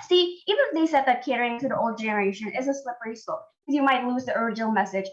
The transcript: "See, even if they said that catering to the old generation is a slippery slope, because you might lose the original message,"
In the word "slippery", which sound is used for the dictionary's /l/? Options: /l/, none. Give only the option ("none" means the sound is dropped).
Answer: /l/